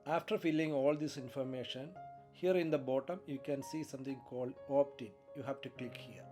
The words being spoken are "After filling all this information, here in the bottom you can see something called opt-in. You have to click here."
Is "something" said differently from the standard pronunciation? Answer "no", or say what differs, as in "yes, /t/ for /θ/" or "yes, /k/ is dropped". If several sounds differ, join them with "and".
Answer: yes, /t/ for /θ/